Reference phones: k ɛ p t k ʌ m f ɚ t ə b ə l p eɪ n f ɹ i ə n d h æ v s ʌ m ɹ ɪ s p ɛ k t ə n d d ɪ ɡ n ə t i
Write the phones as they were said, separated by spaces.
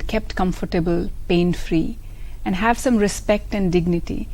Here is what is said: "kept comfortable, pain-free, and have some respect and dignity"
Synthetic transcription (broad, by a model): k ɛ p t k ʌ m f ɚ t ə b ə l p eɪ n f ɹ i ə n d h æ v s ʌ m ɹ ɪ s p ɛ k t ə n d d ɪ ɡ n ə t i